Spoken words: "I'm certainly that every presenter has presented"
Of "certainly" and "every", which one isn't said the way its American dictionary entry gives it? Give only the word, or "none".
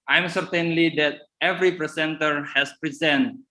none